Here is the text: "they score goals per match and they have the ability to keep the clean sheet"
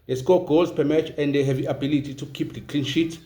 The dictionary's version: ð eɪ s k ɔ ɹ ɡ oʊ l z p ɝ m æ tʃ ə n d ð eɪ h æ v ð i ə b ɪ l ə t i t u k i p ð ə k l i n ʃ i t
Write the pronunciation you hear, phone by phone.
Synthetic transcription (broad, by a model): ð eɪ s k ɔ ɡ oʊ z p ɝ m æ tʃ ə n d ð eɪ h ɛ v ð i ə b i l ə t i t u k i p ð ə k l i n ʃ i t